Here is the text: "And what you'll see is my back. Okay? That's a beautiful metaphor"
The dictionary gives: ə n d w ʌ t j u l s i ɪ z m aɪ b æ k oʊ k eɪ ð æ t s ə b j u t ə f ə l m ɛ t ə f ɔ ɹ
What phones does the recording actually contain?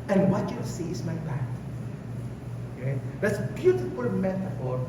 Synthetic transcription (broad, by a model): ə n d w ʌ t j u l s i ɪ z m aɪ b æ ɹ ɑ ɪ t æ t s b j u t ə f ə l m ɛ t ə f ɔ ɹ